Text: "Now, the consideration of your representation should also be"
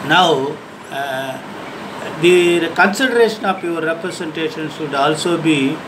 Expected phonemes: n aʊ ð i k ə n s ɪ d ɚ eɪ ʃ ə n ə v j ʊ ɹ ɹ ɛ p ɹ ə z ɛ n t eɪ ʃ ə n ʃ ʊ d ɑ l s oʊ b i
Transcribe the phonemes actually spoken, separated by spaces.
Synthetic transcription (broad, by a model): n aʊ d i k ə n s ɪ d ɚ eɪ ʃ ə n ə p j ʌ ɹ ɹ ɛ p ɹ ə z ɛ n t eɪ ʃ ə n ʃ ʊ d ɑ l s oʊ b i